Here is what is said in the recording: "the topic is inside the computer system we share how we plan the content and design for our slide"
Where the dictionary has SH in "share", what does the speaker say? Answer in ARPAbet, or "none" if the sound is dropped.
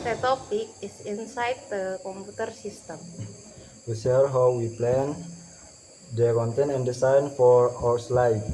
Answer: S